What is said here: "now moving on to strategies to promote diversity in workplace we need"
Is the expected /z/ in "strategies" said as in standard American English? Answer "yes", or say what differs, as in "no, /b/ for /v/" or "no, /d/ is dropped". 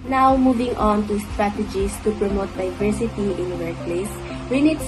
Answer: no, /s/ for /z/